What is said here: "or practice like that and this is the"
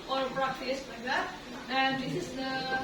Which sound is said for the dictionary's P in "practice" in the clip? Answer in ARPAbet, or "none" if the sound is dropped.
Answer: B